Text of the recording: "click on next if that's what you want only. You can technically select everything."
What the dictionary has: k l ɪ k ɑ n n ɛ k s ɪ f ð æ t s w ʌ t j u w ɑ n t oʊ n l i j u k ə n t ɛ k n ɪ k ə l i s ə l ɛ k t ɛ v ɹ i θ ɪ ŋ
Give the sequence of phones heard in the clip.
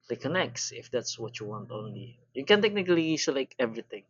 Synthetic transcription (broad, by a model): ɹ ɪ k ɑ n n ɛ k s ɪ f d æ t s w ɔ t j u w ɑ n t oʊ n l i j u k ə n t ɛ k n ɪ k ə l i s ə l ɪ k ɛ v ɹ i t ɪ ŋ